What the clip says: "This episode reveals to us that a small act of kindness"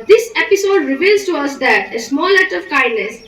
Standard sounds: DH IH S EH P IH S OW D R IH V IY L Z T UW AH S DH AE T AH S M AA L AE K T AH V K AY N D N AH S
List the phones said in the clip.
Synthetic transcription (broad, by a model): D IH S EH P IH S OW D R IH V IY L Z T UW AH S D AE T AH S M AA L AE T AH V K AY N D N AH S